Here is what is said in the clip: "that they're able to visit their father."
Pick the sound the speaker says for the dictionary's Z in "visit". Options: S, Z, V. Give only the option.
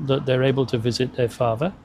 Z